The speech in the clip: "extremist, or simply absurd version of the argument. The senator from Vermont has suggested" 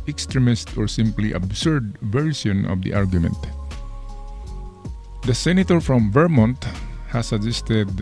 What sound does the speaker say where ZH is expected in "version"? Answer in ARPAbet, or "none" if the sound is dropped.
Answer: S